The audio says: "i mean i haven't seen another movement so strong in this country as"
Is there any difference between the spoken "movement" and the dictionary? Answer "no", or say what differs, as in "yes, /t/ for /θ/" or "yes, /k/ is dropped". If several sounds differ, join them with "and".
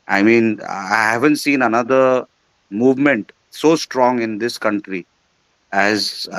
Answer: no